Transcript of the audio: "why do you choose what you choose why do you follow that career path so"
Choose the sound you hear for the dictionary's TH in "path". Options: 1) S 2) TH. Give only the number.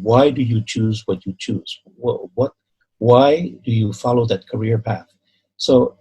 2